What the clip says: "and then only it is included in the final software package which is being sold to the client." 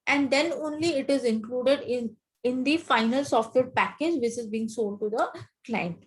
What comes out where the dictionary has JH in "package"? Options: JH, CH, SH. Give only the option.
JH